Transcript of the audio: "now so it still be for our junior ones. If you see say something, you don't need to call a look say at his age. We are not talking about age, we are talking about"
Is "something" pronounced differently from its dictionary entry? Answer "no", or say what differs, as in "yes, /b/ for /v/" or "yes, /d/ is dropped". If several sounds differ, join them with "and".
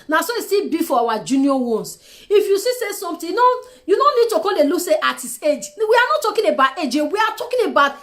yes, /t/ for /θ/